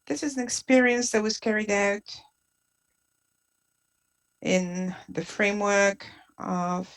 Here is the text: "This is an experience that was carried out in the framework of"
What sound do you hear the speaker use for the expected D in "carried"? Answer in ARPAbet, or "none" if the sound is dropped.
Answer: D